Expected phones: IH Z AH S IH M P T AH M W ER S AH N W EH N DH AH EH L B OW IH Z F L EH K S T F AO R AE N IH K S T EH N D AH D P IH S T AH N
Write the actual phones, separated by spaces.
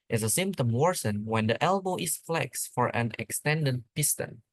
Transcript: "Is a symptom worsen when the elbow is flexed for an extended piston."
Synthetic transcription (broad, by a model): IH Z AH S IH M P T AH M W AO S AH N W EH N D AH EH L B OW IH S F L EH K S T F AO R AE N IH K S T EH N D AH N P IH S T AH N